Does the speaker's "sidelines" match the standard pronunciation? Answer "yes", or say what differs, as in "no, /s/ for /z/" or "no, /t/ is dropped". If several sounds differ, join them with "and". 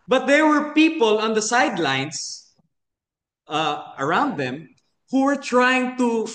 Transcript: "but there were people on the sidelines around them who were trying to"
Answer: no, /s/ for /z/